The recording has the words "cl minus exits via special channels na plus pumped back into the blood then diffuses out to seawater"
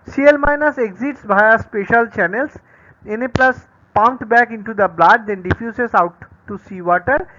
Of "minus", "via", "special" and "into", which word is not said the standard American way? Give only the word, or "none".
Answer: via